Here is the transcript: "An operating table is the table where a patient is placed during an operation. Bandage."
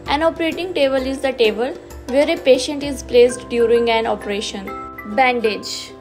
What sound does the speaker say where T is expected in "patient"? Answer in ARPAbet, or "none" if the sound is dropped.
T